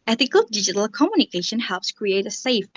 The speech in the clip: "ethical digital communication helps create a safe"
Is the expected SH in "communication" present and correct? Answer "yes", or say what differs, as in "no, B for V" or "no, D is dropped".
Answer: yes